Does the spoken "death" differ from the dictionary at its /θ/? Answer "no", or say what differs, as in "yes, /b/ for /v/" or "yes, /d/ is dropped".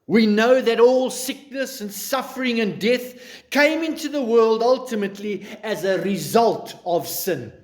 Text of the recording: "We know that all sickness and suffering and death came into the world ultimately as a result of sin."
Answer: no